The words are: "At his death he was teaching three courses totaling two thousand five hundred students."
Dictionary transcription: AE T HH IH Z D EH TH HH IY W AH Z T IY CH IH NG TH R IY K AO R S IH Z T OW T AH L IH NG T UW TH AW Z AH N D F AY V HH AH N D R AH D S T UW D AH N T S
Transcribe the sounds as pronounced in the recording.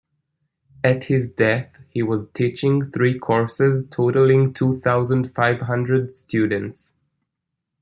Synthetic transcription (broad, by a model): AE T HH IH Z D EH TH HH IY W AH Z T IY CH IH NG TH R IY K AO R S IH Z T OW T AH L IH NG T UW TH AW Z AH N D F AY V HH AH N D R AH D S T UW D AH N T S